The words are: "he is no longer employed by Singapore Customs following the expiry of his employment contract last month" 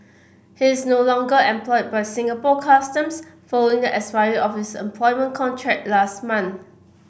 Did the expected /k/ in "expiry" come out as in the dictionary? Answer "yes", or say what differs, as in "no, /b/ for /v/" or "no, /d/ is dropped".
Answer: no, /k/ is dropped